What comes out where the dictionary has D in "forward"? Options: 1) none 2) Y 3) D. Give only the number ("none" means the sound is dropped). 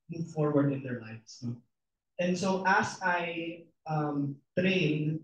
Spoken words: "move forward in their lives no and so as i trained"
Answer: 3